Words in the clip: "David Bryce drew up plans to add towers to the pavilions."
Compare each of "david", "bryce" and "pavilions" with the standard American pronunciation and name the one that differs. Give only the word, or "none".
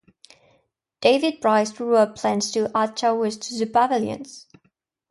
pavilions